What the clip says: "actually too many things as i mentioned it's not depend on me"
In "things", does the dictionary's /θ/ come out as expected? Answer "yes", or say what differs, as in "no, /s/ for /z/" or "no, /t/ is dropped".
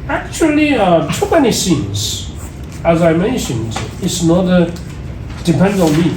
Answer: no, /s/ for /θ/